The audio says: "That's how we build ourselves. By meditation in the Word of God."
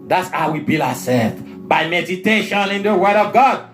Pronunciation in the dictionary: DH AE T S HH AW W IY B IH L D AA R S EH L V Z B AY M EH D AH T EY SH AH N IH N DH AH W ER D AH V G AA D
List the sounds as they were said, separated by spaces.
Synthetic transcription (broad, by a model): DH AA T S HH AW W IY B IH L AA S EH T B AY M EH D AH T EY SH AH N IH N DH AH W ER D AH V G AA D